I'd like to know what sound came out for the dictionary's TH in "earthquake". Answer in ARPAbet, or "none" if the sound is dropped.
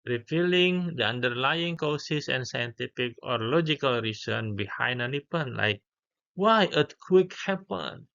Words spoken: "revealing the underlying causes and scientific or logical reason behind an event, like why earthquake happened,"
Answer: T